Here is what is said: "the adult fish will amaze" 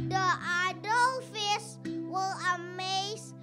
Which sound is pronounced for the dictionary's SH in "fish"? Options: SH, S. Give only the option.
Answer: S